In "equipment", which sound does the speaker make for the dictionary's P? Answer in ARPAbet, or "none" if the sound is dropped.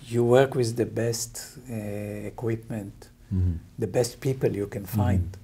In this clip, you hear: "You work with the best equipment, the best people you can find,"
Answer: P